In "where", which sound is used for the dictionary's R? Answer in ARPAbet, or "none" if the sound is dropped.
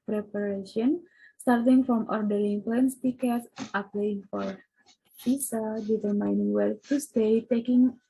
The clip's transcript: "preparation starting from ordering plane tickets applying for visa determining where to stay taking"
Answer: L